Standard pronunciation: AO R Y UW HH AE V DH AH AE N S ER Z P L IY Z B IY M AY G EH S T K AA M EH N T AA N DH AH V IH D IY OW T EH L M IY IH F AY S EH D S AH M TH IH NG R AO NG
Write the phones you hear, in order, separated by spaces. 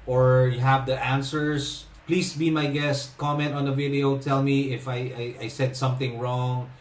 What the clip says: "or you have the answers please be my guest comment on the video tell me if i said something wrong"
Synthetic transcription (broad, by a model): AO R Y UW HH AE V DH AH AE N S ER S P L IY S B IY M AY G EH S T K AA M EH N T AA N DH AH V IH D IY OW T EH L M IY IH F AY S EH D S AH M TH IH NG R AO NG